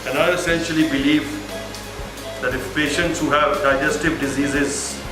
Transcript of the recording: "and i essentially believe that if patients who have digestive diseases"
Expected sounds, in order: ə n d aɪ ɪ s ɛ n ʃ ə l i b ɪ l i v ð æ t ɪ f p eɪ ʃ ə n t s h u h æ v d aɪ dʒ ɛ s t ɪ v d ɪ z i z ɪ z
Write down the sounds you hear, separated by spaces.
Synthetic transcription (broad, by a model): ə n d aɪ ɪ s ɛ n ʃ ə l i b ɪ l i v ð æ t ɪ f p eɪ ʃ ə n t s h u h æ v d aɪ dʒ ɛ s t ɪ v d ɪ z i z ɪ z